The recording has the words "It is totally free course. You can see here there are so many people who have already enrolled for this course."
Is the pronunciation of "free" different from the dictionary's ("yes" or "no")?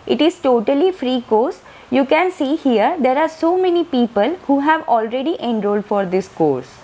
no